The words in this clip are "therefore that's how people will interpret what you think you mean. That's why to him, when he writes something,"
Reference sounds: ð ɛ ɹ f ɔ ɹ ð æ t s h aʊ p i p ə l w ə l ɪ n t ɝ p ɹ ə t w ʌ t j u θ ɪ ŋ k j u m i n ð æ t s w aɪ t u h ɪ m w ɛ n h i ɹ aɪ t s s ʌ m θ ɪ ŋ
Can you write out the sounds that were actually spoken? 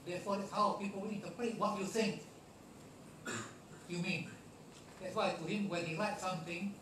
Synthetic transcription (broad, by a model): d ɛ f ɔ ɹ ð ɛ t s h aʊ p i p ə l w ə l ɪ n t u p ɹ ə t w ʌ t j u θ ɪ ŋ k j u m i n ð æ t s w aɪ t u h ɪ m w ɛ n h i l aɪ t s s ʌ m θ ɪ ŋ